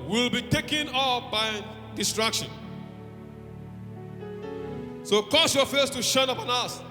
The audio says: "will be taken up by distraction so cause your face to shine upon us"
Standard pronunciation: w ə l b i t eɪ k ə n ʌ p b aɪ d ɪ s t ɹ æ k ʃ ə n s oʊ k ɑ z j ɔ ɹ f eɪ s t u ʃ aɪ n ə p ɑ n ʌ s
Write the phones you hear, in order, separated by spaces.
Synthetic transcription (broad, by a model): w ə l b i t eɪ k ə n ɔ f b aɪ d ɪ s t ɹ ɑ k ʃ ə n s oʊ k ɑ s j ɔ f eɪ s t u ʃ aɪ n ə p ɑ n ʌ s